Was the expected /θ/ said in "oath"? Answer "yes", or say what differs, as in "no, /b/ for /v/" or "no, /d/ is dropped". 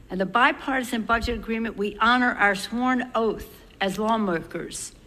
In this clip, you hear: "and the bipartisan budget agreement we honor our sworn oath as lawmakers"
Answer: yes